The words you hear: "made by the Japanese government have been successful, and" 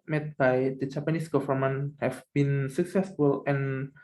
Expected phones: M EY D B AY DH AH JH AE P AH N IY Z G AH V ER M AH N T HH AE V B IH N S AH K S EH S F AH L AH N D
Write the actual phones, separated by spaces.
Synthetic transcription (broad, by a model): M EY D B AY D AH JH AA P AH N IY S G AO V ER M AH N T HH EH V B IH N S AH K S EH S F AH L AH N